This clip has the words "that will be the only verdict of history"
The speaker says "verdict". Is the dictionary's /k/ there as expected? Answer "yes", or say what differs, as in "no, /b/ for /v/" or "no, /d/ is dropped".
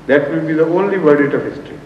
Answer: no, /k/ is dropped